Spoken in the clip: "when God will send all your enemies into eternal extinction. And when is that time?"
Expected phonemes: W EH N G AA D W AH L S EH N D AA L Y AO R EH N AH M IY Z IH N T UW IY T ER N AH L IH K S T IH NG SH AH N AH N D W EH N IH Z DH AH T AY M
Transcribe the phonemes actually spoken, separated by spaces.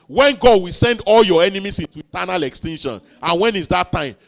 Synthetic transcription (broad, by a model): W EH N G AA D W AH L S EH N D AA L Y AO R EH N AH M IY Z IH N T UW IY T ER N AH L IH K S T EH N SH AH N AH N W EH N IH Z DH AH T AY M